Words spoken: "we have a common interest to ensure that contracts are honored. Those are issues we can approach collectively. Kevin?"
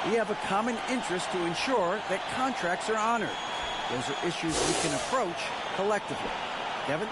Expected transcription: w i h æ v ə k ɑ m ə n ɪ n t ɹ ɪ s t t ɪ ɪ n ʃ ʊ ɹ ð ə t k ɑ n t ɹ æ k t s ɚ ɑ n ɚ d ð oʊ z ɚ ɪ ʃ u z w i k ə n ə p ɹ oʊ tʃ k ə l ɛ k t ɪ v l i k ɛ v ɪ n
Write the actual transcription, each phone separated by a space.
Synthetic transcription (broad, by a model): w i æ v ə k ɑ m ə n ɪ n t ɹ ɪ s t t ɪ ɪ n ʃ ʊ ɹ ð ə t k ɑ n t ɹ æ k t s ɚ ɑ n ɚ d ð oʊ z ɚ ɪ ʃ u z w i k ə n ə p ɹ oʊ tʃ k ə l ɛ k t ɪ v l i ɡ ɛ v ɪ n